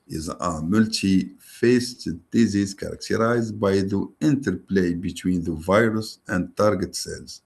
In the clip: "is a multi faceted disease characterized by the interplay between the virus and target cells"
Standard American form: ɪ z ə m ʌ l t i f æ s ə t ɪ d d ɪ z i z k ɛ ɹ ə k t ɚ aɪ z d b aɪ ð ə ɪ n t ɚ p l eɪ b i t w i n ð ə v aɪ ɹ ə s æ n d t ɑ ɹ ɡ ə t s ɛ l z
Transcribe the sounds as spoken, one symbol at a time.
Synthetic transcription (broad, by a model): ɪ z ə m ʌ l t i f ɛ s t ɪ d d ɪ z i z k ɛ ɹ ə k t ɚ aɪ z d b aɪ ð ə ɪ n t ɚ p l eɪ b i t w i n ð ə v aɪ ɹ ə s æ n d t ɑ ɹ ɡ ə t s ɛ l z